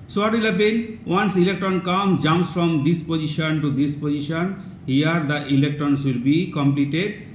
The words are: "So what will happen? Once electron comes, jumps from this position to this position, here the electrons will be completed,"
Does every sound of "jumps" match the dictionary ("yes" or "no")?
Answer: no